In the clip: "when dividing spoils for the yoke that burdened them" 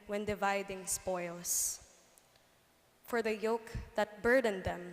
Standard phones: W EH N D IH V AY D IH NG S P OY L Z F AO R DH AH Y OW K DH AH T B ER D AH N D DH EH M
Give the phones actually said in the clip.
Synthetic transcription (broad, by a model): W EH N D IH V AY D IH NG S P OY L S F AO R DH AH Y OW K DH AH T B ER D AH N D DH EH M